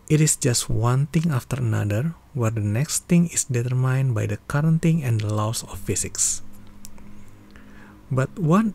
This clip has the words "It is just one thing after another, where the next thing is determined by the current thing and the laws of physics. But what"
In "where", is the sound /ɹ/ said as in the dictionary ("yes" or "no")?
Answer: yes